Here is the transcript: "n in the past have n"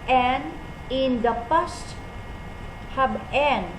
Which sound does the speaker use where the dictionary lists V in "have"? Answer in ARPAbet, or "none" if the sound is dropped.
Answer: B